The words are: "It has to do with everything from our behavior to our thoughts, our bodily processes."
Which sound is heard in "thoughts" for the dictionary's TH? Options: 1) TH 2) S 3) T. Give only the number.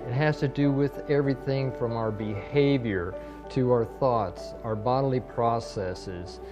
1